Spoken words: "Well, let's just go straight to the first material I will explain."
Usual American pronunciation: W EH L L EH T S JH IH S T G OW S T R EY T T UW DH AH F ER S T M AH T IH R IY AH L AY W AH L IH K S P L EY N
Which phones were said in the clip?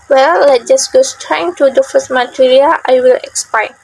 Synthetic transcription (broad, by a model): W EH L L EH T JH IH S G OW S T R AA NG T UW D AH F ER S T M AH T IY R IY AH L AY W AH L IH K S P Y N